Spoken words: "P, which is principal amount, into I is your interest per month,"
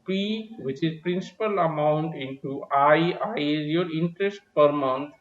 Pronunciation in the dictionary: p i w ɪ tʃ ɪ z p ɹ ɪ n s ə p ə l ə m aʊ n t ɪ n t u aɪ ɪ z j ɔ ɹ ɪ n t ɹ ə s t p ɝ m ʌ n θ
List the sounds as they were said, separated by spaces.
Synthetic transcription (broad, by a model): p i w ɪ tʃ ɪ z p ɹ ɪ n s ə p ə l ə m aʊ n t ɪ n t u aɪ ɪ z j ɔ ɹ ɪ n t ɹ ə s t p ɝ m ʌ n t